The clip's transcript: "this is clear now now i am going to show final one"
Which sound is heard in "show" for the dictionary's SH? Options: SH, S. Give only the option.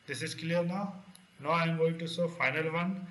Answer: S